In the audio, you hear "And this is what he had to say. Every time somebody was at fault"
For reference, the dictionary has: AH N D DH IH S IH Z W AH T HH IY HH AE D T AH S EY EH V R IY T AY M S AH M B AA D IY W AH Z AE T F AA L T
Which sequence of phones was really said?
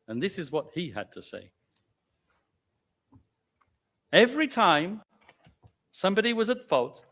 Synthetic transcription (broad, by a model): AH N DH IH S IH Z W AH T HH IY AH D T AH S EY EH V R IY T AY M S AH M B AA D IY W AH Z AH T F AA L T